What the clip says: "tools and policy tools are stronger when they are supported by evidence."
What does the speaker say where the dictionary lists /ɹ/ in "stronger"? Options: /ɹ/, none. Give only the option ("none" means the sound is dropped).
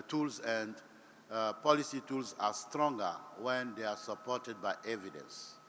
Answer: /ɹ/